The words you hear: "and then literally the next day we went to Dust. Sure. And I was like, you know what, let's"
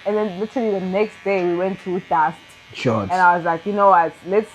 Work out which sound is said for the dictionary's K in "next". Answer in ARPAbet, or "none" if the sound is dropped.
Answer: K